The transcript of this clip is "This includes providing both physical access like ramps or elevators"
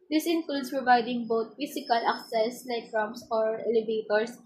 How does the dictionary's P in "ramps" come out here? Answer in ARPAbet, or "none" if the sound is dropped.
none